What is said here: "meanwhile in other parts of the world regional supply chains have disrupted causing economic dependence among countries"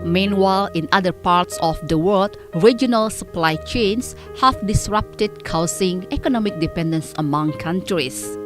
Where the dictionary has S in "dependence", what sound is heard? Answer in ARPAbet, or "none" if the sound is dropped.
S